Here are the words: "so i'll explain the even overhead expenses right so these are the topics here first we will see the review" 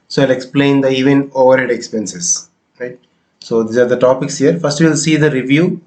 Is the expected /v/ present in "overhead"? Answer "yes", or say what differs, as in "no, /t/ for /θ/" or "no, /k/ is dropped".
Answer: yes